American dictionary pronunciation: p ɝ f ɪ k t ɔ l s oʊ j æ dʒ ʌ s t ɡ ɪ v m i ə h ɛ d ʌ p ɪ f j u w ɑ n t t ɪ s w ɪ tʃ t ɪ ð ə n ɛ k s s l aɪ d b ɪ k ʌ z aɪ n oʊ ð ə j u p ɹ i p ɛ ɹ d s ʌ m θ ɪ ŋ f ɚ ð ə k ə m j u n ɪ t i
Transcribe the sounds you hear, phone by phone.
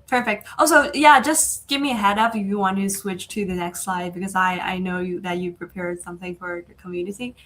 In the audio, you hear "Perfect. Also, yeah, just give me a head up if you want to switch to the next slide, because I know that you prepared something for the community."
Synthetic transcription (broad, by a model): p ɝ f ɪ k t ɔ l s oʊ j æ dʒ ʌ s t ɡ ɪ v m i ə h ɛ d ʌ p ɪ f j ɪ w ɑ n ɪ t ɪ s w ɪ tʃ t ɪ ð ə n ɛ k s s l aɪ d b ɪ k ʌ z aɪ n oʊ ð ə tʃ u p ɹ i p ɛ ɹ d s ʌ m θ ɪ ŋ f ɚ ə k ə m j u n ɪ t i